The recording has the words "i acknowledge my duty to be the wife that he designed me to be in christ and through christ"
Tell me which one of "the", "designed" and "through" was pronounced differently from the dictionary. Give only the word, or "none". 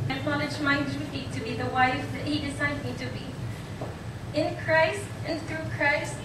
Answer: designed